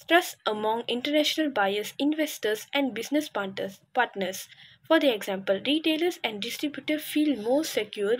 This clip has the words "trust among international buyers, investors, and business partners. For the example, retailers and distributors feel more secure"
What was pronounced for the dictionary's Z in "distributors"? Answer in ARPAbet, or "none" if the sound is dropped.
none